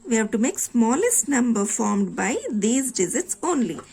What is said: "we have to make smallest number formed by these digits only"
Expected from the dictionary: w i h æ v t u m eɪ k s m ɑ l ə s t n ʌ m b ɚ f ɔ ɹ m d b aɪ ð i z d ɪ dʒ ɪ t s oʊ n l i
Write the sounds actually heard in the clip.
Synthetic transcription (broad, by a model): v i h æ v t u m eɪ k s m ɑ l ə s t n ʌ m b ɚ f ɔ ɹ m d b aɪ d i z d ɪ z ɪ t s oʊ n l i